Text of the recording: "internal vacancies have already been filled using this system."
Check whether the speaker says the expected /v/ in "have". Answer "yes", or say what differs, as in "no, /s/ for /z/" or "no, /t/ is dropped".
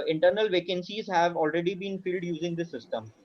yes